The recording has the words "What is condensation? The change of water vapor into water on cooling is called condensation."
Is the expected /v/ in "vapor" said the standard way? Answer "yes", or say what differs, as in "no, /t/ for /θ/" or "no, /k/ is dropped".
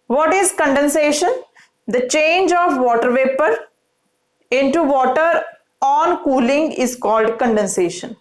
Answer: yes